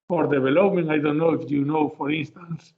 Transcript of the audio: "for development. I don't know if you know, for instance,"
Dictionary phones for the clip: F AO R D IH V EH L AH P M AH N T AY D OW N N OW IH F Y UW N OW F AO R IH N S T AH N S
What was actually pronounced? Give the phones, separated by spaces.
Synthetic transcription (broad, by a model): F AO R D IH B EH L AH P M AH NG AY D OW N N OW IH F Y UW N OW F AO R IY N S T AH N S